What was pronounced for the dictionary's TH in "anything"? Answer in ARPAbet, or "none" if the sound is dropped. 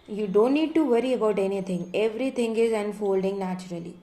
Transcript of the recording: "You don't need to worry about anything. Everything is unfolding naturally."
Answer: T